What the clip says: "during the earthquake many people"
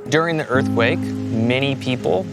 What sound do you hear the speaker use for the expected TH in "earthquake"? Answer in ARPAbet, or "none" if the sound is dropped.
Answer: TH